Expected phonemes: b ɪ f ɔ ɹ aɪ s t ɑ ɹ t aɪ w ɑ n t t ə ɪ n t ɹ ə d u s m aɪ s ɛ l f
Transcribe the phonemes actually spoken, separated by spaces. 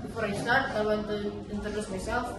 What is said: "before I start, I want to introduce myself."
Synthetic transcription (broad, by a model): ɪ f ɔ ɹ aɪ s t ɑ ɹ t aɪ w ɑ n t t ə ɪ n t ə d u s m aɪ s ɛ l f